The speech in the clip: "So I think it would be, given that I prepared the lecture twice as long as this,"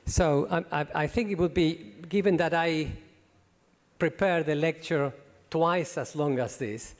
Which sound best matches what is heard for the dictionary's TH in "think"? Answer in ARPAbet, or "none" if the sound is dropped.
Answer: TH